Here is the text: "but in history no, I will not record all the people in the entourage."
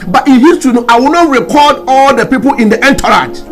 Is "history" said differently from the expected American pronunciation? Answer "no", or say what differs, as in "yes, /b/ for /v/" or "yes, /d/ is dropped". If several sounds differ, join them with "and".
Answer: yes, /ɹ/ is dropped